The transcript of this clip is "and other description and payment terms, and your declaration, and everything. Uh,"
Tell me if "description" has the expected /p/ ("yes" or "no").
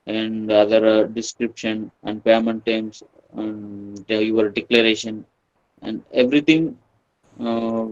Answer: yes